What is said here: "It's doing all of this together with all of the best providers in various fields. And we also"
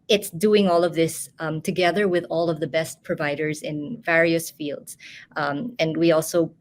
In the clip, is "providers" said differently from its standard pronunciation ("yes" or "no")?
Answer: no